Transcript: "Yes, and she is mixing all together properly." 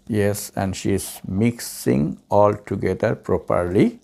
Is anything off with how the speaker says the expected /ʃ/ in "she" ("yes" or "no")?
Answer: no